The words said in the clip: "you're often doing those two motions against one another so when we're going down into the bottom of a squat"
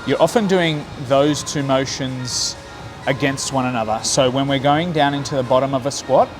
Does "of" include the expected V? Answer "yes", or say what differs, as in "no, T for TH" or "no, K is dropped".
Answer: yes